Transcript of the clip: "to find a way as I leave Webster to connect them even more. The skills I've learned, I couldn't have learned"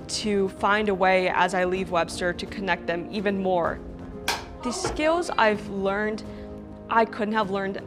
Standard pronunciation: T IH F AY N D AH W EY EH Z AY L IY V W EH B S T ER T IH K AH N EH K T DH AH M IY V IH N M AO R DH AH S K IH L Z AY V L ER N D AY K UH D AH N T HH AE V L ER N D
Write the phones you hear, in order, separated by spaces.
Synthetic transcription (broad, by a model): T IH F AY N D AH W EY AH Z AY L IY V W EH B S T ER T IH K AH N EH K T DH AH M IY V IH N M AO R DH AH S K IH L Z AY V L ER N D AY K UH D N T HH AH V L ER N D